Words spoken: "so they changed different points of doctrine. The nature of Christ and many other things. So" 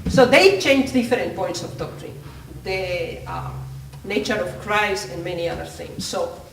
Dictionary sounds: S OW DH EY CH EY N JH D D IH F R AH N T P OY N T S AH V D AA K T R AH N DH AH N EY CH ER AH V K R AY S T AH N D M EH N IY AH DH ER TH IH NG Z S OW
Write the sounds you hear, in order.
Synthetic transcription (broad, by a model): S OW DH EY CH EY N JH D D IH F R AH N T P OY N T S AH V D AA K T R AH N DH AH N EY CH ER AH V K R AY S AH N M EH N IY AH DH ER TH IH NG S OW